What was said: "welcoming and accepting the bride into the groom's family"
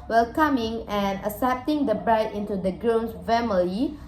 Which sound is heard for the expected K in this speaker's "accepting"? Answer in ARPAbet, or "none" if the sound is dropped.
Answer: none